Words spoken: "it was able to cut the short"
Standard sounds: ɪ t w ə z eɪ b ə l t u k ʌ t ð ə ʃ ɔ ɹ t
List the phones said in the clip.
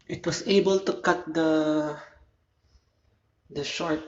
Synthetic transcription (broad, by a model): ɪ t w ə s eɪ b ə l t u k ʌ t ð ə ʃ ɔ ɹ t